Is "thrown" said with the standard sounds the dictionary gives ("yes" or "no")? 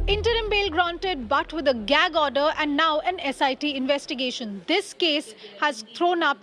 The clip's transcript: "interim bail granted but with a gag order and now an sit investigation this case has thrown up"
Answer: no